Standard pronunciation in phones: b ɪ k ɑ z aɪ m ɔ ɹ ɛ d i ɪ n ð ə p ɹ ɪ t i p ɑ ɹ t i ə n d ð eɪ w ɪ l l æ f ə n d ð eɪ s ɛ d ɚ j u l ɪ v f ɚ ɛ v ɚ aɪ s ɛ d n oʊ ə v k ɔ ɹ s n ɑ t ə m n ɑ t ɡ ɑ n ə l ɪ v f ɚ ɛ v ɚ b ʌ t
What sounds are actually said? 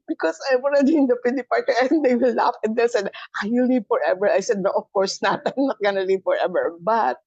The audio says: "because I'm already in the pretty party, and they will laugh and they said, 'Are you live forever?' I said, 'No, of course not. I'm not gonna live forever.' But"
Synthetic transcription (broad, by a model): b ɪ k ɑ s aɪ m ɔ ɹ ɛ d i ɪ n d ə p ɪ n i p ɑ ɹ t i ə n d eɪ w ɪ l l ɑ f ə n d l s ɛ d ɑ j u l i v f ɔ ɛ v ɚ aɪ s ɛ d n oʊ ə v k ɔ ɹ s n ɑ t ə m n ɑ t ɡ ɑ n ə l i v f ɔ ɛ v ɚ b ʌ t